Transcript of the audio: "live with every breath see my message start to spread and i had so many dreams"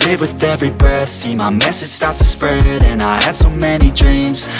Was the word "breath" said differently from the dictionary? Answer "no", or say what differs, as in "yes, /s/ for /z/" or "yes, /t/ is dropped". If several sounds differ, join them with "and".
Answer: yes, /ɹ/ is dropped